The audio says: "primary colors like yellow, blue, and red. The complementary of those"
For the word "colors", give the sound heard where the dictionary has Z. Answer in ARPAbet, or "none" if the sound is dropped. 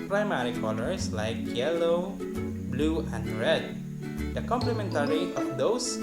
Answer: S